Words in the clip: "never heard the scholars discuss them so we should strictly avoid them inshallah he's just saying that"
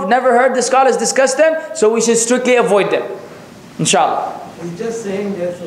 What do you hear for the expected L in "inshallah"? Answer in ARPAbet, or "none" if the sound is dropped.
none